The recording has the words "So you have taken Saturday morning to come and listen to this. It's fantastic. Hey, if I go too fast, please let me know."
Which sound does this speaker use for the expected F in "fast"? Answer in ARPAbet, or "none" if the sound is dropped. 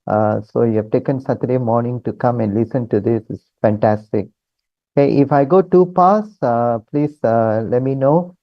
P